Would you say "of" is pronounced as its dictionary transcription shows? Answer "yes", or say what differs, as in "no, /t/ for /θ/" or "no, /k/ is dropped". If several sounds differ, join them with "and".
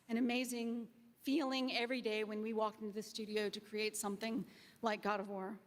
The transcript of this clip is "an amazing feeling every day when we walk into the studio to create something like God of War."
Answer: yes